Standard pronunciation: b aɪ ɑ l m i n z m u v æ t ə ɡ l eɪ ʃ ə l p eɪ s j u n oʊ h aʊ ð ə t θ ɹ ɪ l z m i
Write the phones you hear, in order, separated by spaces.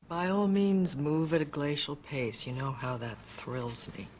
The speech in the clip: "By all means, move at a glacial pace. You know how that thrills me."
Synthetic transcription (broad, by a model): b aɪ ɑ l m i n z m u v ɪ t ə ɡ l eɪ ʃ l p eɪ s j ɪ n oʊ h aʊ ð ə t θ ɹ ɪ l z m i